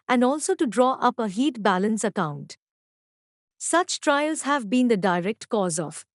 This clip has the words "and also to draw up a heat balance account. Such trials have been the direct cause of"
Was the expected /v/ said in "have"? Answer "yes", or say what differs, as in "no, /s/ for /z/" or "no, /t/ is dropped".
yes